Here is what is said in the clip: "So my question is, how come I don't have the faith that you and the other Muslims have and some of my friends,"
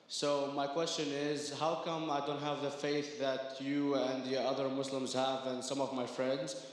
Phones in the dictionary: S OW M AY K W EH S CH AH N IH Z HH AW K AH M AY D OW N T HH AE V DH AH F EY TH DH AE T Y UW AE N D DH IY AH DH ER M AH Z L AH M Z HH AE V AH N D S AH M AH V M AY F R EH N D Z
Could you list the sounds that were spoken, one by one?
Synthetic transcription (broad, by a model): S OW M AY K W EH S CH AH N IH Z HH AW K AH M AY D OW N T HH AE V DH AH F EY TH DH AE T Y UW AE N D DH IY AH DH ER M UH S L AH M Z HH AE V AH N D S AH M AH V M AY F R EH N D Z